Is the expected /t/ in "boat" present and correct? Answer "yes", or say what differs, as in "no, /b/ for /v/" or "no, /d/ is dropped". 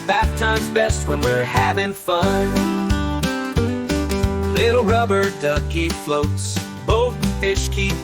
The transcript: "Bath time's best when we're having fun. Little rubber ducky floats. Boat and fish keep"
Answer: no, /t/ is dropped